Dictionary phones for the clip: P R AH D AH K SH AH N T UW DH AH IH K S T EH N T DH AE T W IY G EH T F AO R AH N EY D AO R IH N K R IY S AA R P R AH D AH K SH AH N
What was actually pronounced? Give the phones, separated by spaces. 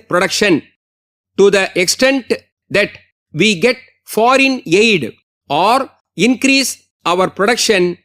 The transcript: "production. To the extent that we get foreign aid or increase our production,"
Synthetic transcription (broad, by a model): P R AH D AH K SH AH N T UW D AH IH K S T EH N T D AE T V IY G EH T F AO R AH N EY D AO R IH N K R IY S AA R P R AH D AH K SH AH N